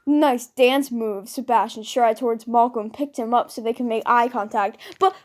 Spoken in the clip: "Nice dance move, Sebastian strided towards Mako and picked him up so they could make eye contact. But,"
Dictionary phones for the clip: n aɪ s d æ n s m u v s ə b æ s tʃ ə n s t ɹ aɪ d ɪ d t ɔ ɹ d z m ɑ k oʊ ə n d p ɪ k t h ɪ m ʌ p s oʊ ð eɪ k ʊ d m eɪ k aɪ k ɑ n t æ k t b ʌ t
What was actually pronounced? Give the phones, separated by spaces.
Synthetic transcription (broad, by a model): n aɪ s d æ n s m u v s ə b æ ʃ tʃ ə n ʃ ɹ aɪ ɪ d t ɔ ɹ d z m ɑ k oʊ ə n p ɪ k t h ɪ m ʌ p s oʊ ð eɪ k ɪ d m eɪ k aɪ k ɑ n t æ k t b ʌ t